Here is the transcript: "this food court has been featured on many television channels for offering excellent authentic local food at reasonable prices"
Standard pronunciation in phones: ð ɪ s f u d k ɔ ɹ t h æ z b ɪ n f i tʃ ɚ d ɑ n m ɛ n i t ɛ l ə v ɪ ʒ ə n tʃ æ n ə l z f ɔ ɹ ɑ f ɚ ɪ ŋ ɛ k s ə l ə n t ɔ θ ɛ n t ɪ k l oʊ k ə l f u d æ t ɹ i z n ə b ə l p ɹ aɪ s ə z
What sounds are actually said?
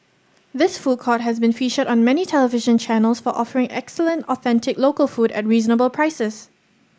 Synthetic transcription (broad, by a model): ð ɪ s f u d k ɔ t h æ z b ɪ n f i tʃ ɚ d ɑ n m ɛ n i t ɛ l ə v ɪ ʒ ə n tʃ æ n ə l s f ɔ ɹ ɑ f ɚ ɪ ŋ ɛ k s ə l ə n t ɔ θ ɛ n t ɪ k l oʊ k ə l f u d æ t ɹ i z n ə b ə l p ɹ aɪ s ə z